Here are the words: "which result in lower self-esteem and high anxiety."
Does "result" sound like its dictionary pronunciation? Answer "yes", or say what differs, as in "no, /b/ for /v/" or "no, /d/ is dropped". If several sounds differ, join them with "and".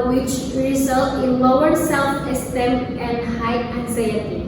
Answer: yes